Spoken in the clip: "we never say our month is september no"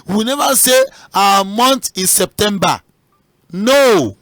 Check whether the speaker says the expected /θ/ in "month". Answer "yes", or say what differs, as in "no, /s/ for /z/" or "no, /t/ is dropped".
no, /t/ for /θ/